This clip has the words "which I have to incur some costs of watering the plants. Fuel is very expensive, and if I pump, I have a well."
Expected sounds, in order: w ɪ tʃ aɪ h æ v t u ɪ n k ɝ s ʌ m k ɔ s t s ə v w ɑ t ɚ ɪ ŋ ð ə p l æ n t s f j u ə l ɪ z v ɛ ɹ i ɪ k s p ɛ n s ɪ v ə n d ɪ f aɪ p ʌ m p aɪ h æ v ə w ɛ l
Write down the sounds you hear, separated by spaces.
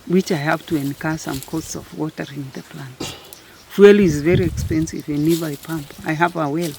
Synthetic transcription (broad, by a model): w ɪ tʃ aɪ h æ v t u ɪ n k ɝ s ʌ m k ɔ t s ə v w ɑ t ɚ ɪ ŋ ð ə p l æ n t f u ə l ɪ z v ɛ ɹ i ɪ k s p ɛ n s ɪ v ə n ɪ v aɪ p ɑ m p aɪ h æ v ə w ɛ l